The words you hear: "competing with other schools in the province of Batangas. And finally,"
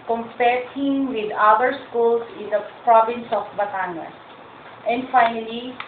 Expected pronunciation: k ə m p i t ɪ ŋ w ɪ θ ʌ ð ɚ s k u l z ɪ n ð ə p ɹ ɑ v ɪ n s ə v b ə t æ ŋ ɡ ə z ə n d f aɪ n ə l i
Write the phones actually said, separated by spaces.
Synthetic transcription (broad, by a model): k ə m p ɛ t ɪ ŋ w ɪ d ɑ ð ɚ s k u l s ɪ n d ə p ɹ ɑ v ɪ n s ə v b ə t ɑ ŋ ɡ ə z ə n d f aɪ n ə l i